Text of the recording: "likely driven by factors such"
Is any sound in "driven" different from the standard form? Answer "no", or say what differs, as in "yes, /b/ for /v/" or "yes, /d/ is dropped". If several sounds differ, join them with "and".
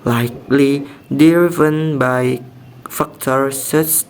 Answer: yes, /ɹ/ is dropped